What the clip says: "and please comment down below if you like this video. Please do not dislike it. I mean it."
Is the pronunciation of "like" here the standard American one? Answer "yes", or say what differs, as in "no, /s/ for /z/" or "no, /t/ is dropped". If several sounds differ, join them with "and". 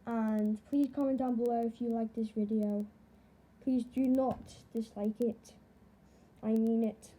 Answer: yes